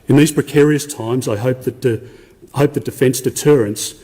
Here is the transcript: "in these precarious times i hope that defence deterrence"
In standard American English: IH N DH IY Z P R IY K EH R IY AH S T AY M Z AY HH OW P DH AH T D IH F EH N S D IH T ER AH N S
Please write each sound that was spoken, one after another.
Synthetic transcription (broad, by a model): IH N DH IY Z P R IY K EH R IY AH S T AY M Z AY HH OW P DH AH T D IH F EH N S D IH T ER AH N S